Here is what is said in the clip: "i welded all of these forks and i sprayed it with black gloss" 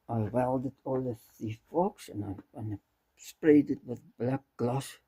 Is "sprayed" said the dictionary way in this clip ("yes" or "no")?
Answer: yes